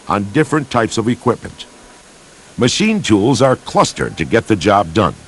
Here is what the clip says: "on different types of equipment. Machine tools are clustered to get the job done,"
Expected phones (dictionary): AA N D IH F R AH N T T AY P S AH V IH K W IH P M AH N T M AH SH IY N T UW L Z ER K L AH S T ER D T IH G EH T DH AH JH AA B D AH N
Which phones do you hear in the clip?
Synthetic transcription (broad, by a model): N D IH F R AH N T T AY P S AH V IH K W IH P M AH N T M AH SH IY N T UW L Z ER K L AH S T ER D T IH G EH T DH AH JH AA B D AH N